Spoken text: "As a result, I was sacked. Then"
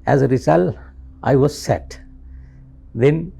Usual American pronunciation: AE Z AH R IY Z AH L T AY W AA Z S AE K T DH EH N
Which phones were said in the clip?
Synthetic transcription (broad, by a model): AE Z AH R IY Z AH L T AY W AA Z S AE T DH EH N